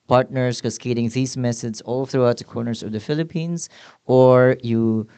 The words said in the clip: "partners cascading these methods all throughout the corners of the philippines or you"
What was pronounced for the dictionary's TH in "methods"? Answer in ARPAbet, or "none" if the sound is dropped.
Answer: S